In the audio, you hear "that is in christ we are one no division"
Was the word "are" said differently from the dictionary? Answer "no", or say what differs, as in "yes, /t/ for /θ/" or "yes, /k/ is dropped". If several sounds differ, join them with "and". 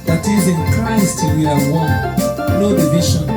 yes, /l/ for /ɹ/